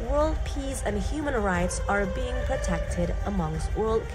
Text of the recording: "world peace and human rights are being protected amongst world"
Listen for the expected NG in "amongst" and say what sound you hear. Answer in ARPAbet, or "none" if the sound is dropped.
NG